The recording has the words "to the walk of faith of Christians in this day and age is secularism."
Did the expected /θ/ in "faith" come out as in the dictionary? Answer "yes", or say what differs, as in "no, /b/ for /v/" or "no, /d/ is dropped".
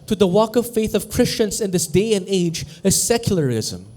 yes